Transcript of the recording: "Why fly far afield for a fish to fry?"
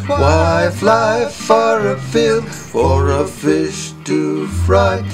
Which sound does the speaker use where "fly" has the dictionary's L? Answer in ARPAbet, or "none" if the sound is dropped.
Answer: L